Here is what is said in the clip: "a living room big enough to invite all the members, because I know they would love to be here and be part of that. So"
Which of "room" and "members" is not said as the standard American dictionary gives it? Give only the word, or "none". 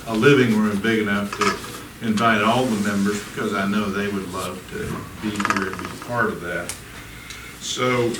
none